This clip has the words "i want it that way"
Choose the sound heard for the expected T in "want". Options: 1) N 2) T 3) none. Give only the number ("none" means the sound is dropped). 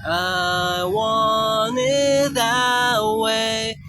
3